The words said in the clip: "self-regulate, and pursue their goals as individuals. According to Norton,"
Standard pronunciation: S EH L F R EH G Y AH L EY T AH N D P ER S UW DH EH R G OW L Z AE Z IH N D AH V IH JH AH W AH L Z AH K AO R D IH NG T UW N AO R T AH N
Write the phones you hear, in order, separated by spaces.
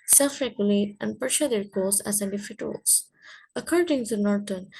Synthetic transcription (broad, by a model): S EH L F R EH G Y AH L EY T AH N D P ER SH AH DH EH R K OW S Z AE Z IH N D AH F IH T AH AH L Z AH K AO R D IH NG T UW N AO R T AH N